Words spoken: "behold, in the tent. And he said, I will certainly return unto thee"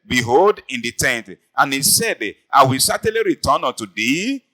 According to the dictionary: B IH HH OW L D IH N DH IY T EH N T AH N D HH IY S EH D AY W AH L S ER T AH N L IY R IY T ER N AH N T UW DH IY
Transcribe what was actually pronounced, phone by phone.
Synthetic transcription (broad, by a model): B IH HH OW L D IH N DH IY T EH N T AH N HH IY S EH D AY W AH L S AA T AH L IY R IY T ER N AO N T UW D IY